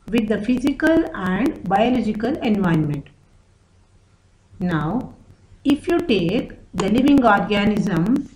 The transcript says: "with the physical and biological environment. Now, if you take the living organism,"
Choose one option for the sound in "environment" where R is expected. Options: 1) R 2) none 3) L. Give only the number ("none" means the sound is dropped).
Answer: 2